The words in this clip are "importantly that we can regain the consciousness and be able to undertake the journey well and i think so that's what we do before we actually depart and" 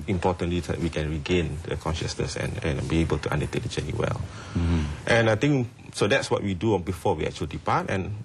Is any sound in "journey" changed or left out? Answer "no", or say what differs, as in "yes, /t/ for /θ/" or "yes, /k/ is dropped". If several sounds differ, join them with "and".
yes, /tʃ/ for /dʒ/